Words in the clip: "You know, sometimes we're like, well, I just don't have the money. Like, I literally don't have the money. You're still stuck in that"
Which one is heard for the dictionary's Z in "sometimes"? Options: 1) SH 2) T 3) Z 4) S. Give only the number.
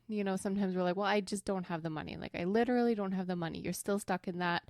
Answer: 3